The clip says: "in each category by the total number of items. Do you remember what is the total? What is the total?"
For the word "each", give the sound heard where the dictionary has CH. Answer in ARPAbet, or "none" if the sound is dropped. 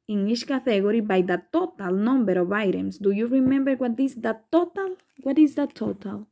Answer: SH